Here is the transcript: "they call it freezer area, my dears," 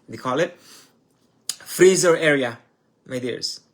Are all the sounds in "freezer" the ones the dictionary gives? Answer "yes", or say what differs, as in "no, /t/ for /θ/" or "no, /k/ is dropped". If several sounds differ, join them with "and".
yes